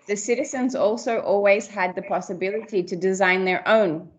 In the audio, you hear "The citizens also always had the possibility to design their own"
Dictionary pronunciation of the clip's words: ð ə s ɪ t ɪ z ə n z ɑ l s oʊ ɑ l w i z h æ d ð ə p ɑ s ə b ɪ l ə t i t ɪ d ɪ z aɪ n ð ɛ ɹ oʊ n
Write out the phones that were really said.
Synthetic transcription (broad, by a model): ð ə s ɪ t ɪ z ə n z ɑ l s oʊ ɑ l w i z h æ d ð ə p ɑ s ə b ɪ l ə t i t ɪ d ɪ z aɪ n ð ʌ ɹ oʊ n